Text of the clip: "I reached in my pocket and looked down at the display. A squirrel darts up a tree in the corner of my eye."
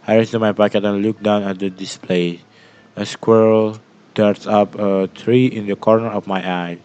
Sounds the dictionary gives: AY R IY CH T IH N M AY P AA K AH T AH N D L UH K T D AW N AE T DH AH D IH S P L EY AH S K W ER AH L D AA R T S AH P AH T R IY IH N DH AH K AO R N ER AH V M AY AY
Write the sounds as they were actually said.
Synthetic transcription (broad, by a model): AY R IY S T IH M AY P AA K AH T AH N L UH K D AW N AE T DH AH D IH S P L EY AH S K W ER L D AA R T S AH P AH T R IY IH N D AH K AO R N ER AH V M AY AY